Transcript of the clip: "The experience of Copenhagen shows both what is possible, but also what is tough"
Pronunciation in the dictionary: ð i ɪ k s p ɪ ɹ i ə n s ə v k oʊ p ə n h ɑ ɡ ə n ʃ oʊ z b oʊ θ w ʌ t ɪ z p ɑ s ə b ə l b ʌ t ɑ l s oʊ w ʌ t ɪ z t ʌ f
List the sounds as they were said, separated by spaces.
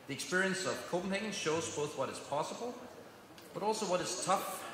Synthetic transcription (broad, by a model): ð i ɪ k s p ɪ ɹ i ə n s ə v k oʊ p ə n h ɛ ɡ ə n ʃ oʊ z b oʊ θ w ʌ t ɪ z p ɑ s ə b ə l b ʌ t ɑ l s oʊ w ʌ t ɪ z t ʌ f